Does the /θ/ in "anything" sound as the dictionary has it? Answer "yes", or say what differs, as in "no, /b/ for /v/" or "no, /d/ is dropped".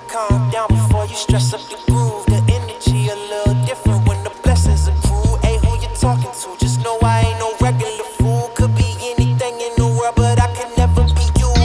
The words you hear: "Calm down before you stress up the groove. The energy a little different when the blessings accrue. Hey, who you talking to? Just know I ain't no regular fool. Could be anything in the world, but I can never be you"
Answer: yes